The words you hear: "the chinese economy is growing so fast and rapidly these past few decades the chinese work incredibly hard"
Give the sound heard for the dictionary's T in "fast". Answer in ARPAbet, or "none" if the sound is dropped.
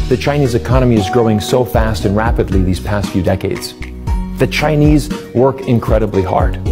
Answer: T